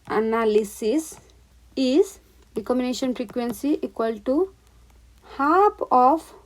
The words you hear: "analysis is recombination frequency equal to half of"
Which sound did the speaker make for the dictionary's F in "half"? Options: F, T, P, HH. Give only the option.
P